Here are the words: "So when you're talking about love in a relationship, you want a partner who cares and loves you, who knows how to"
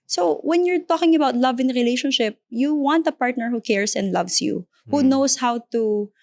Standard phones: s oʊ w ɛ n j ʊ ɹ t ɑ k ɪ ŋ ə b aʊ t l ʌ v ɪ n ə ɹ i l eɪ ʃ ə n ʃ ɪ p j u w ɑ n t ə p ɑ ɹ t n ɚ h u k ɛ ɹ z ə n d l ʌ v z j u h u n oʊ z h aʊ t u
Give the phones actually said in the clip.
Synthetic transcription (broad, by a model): s oʊ w ɛ n j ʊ ɹ t ɑ k ɪ ŋ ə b aʊ t l ʌ v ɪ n ɹ i l eɪ ʃ ə n ʃ ɪ p j u w ɑ n t ə p ɑ ɹ t n ɚ h u k ɛ ɹ s ə n d l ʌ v s j u h u n oʊ s h aʊ t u